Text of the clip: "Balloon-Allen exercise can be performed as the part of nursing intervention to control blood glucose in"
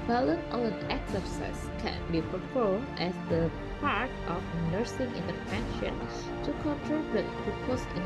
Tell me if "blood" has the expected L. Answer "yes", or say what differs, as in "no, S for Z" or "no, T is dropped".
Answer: no, L is dropped